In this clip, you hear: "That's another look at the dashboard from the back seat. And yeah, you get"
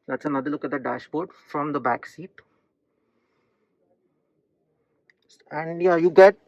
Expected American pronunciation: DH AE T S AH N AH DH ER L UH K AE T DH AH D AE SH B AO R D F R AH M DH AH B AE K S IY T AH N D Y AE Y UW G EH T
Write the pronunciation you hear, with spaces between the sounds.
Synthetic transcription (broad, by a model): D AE T S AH N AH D ER L UH K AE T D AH D AE SH B AO R D F R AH M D AH B AE K S IY T AH N D Y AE Y UW G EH T